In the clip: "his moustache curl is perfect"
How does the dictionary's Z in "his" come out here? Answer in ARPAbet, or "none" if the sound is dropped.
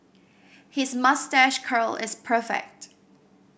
Z